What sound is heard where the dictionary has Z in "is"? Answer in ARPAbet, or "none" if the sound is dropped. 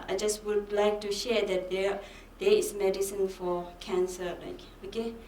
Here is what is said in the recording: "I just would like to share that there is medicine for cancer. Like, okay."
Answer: S